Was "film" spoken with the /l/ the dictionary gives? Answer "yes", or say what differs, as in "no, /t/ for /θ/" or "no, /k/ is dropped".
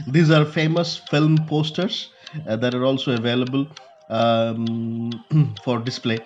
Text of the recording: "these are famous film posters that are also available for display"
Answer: yes